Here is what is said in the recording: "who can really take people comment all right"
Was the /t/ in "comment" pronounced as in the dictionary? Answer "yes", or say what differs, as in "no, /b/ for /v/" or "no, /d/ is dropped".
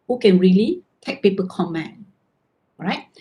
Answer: no, /t/ is dropped